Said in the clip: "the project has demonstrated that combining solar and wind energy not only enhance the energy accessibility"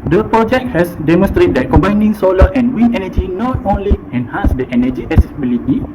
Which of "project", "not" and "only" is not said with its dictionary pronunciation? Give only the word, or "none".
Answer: none